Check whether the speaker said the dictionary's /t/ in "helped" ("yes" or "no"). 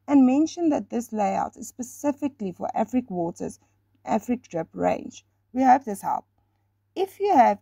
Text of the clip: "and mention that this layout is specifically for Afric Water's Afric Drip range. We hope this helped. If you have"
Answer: no